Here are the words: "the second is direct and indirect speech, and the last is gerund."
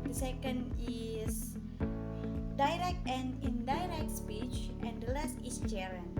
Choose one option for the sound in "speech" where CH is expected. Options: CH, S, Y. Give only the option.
CH